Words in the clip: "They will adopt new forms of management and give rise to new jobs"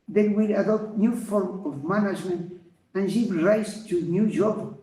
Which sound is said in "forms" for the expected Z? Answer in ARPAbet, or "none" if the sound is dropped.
none